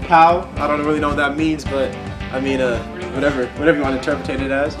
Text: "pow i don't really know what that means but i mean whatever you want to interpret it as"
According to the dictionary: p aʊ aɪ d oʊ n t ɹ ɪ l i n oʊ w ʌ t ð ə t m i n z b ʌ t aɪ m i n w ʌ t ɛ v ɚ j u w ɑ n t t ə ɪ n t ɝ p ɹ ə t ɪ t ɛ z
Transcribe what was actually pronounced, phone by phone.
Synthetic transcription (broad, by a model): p aʊ aɪ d oʊ n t ɹ ɪ l i n oʊ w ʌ t ð ə t m i n z b ʌ t aɪ m i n w ʌ t ɛ v ɚ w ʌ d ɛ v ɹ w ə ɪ n t ɝ p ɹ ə t ɪ t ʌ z